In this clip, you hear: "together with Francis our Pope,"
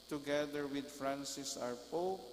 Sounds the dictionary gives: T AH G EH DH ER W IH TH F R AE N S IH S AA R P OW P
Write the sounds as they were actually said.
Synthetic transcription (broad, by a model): T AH G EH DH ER W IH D F R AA N S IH S AA R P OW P